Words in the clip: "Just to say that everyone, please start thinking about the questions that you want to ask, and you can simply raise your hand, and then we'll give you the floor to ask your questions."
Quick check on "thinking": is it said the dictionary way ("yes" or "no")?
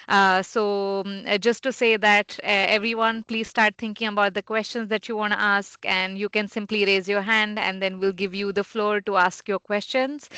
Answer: no